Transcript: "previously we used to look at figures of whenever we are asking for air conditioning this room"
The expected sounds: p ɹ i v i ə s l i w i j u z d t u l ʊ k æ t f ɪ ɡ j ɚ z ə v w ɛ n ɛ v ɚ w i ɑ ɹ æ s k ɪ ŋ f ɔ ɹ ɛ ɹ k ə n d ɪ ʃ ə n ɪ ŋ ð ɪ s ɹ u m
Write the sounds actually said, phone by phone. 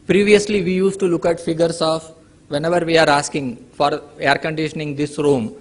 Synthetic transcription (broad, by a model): p ɹ i v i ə s l i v i j u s t u l ʊ k æ t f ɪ ɡ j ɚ s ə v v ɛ n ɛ v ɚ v i ɑ ɹ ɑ s k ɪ ŋ f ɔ ɹ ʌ ɹ k ə n d ɪ ʃ ə n ɪ ŋ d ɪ s ɹ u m